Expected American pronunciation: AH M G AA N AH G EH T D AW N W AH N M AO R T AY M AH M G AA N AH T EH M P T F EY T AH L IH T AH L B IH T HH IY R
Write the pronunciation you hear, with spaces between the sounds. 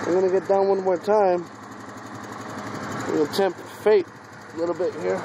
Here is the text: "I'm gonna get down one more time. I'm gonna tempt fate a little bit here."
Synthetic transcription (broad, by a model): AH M G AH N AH G EH T D AW N W AH N M AO R T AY AH M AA AH T EH M P T F EY T AH L IH T L B IH T HH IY R